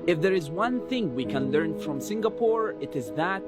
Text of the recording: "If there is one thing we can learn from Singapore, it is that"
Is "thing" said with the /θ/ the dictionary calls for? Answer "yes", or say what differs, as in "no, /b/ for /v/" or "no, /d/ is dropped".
yes